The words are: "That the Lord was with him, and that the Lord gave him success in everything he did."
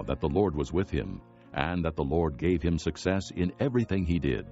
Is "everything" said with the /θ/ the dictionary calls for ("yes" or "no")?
yes